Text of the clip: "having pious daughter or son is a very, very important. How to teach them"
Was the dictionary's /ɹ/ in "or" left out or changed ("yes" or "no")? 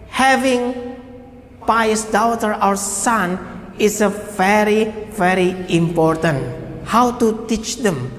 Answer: yes